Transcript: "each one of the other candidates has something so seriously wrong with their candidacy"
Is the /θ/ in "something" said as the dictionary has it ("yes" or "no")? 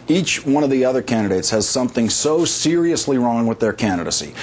yes